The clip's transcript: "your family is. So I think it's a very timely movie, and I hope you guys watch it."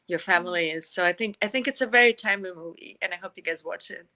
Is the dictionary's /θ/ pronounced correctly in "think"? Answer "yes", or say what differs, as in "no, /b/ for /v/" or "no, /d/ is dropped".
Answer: yes